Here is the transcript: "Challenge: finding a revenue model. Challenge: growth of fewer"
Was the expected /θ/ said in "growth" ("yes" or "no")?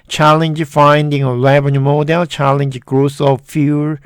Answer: no